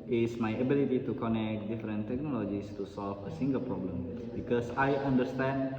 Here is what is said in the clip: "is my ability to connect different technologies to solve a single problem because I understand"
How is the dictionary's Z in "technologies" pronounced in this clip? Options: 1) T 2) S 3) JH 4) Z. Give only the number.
2